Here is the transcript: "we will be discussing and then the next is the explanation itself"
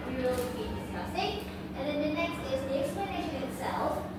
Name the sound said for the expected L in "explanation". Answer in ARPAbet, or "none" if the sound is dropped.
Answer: L